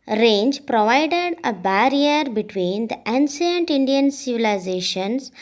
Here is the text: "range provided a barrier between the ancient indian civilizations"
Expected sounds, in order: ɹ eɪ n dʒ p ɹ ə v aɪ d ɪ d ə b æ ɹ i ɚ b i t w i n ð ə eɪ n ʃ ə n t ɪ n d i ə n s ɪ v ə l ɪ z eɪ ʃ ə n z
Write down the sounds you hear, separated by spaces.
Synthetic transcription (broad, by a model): ɹ eɪ n dʒ p ɹ ə v aɪ d ɪ d ə b æ ɹ i ɚ b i t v i n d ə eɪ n s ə n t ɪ n d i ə n s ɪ v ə l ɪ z eɪ ʃ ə n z